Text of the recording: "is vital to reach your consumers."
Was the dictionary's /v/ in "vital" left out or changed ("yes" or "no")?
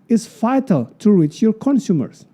yes